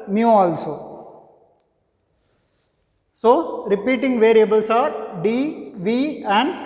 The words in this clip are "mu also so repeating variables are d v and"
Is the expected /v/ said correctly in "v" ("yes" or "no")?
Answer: yes